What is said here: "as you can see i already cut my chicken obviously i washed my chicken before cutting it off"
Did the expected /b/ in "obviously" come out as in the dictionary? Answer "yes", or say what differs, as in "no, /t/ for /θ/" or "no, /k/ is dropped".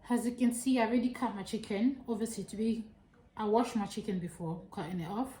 no, /b/ is dropped